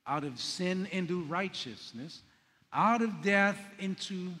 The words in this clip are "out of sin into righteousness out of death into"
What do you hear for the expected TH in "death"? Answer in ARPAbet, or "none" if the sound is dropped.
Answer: TH